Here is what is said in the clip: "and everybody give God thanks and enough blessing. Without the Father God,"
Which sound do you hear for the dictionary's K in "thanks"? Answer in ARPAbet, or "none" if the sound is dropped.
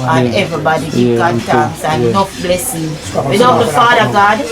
none